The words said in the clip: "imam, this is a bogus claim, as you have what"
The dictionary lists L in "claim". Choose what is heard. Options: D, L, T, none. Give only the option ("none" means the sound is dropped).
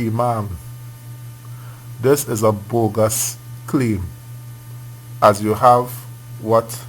L